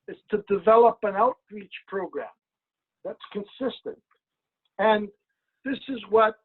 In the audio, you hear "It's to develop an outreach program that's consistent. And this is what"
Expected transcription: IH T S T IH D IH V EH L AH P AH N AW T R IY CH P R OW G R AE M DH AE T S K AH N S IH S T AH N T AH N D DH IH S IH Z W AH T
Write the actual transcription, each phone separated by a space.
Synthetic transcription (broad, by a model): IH T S T IH D IH V EH L AH P AH N AW T R IY CH P R OW G R AE M DH AE T S K AH N S IH S T AH N T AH N DH IH S IH Z W AH T